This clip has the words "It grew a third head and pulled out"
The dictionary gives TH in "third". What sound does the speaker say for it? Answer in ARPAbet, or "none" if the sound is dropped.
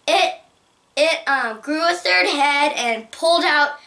TH